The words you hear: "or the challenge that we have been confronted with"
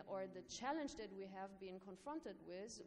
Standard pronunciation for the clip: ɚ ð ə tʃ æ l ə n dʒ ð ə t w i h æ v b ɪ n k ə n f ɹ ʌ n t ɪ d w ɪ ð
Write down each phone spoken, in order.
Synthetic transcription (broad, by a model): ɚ ð ə tʃ æ l ə n dʒ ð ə t w i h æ v b ɪ n k ə n f ɹ ʌ n t ɪ d w ɪ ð